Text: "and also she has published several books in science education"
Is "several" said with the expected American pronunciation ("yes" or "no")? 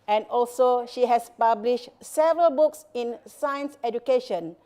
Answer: yes